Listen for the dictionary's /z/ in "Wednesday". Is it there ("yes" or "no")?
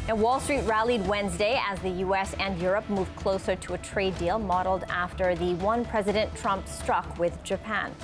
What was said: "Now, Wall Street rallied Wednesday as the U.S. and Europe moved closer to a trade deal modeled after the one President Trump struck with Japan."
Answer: yes